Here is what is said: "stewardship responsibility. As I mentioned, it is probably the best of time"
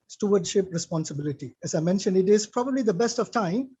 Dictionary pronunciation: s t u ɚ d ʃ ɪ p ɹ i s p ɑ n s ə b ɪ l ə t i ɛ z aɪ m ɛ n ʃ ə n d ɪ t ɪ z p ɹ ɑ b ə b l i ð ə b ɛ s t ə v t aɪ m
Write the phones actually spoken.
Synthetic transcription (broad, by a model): s t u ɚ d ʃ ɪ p ɹ i s p ɑ n s ə b ɪ l ə t i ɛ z aɪ m ɛ n ʃ ə n d ɪ t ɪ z p ɹ ɑ b ə b l i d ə b ɛ s t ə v t aɪ m